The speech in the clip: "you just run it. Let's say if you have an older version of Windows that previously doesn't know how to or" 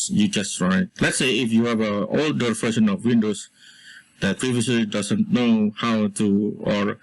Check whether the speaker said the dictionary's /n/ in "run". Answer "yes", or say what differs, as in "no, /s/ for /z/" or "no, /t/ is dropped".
no, /n/ is dropped